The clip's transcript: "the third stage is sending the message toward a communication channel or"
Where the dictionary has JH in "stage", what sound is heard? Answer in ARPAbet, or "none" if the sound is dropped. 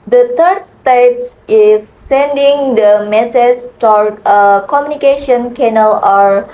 none